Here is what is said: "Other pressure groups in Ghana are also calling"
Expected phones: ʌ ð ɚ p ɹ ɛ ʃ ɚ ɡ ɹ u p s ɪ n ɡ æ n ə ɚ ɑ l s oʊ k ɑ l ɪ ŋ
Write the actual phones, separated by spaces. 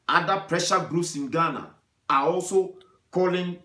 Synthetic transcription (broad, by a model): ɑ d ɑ p ɹ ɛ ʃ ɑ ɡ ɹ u s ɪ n ɡ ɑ n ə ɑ ɑ l s oʊ k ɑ l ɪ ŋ